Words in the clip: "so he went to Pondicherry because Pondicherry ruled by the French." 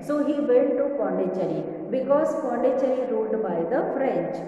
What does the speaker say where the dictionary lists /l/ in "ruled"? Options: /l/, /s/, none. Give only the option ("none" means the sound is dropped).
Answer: none